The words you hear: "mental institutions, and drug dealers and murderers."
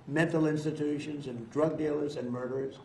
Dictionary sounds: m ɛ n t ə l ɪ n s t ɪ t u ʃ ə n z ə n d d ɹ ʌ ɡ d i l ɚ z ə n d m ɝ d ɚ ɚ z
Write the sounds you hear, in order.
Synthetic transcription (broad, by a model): m ɛ n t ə l ɪ n s t ɪ t u ʃ ə n z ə n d d ɹ ʌ ɡ d i l ɚ z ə n m ɝ d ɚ ɚ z